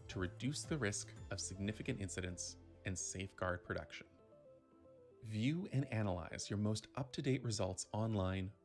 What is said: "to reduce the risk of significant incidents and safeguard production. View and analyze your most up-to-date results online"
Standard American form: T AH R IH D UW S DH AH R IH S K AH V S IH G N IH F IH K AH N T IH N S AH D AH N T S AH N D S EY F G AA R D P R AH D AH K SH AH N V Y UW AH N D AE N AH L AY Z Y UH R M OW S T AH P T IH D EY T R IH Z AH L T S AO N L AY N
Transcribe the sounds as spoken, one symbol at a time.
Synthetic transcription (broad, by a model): T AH R IH D UW S DH AH R IH S K AH V S IH G N IH F IH K AH N T IH N S AH D AH N T S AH N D S EY F G AA R D P R AH D AH K SH AH N V Y UW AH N AE N AH L AY Z Y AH R M OW S T AH P T IH D EY T R IH Z AH L T S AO N L AY N